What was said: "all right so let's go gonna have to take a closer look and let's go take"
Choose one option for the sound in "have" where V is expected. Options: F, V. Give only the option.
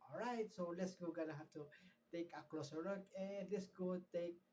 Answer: F